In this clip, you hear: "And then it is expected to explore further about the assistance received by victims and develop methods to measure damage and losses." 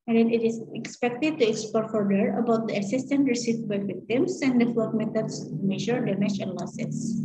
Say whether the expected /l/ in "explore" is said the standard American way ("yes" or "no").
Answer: no